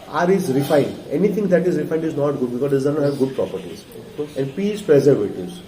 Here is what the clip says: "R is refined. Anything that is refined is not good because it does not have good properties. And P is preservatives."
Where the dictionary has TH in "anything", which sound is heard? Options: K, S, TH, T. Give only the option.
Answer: T